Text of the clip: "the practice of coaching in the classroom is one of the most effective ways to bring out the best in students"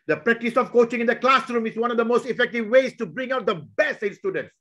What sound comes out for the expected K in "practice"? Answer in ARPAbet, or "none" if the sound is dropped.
K